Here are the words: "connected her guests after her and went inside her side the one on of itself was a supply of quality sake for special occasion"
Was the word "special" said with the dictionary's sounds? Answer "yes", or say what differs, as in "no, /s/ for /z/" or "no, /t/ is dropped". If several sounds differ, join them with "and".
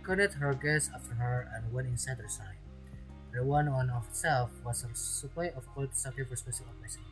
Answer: no, /s/ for /ʃ/